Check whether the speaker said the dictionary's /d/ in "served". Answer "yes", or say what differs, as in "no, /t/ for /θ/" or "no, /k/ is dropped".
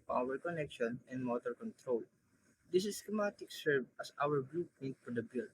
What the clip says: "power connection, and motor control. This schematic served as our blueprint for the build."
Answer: no, /d/ is dropped